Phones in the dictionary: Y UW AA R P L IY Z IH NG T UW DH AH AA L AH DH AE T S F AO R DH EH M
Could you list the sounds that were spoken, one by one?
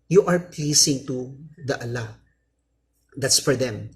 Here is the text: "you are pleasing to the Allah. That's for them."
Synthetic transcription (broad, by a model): Y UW AA R P L IY S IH NG T UW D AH AA L AH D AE T S F AO R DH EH M